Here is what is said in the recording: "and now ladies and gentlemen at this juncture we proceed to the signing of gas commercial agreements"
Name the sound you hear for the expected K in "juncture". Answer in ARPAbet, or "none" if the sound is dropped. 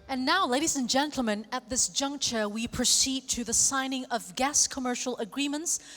K